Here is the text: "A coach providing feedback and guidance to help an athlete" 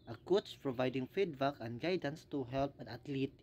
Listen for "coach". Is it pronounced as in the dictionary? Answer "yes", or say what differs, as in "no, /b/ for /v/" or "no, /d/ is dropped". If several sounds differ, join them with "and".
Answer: no, /s/ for /tʃ/